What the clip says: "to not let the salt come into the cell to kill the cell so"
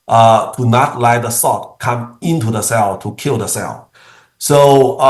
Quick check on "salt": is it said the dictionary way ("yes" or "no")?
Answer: no